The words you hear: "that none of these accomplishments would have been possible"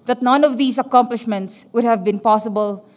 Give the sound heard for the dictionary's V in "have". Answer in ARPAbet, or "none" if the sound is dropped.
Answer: V